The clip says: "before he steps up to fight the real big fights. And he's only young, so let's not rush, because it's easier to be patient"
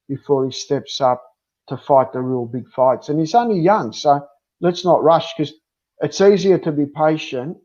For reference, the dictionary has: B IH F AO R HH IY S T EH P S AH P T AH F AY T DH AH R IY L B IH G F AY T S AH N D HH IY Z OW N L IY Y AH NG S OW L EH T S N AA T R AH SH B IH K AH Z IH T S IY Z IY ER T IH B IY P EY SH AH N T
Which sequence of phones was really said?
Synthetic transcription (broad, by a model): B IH F AO R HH IY S T EH P S AH P T AH F AY T DH AH R IY L B IH G F AY T S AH N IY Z OW N L IY Y AH NG S OW L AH T S N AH T R AH SH K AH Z IH T S IY Z IY ER T IH B IY P EY SH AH N T